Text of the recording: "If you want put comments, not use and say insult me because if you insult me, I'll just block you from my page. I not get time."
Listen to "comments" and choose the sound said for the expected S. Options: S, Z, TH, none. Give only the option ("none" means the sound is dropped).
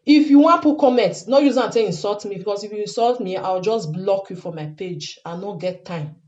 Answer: none